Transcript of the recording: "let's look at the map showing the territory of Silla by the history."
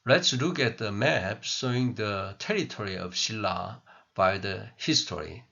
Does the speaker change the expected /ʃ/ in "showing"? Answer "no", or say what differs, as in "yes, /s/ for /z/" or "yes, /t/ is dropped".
yes, /s/ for /ʃ/